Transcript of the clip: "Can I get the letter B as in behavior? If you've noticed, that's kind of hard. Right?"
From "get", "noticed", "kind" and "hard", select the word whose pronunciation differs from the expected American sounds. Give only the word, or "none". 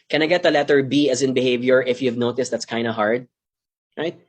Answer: none